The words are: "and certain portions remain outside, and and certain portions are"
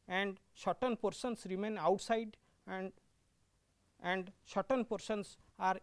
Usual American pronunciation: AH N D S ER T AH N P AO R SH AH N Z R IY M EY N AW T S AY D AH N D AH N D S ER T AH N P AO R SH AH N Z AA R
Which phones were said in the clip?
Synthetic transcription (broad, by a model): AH N D SH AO T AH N P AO R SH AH N S R IY M EY N AW T S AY AH D AH N D SH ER T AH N P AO R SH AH N S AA R